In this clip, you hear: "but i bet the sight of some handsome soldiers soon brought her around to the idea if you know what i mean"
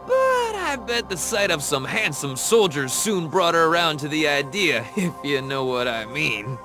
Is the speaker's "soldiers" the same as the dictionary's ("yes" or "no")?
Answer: yes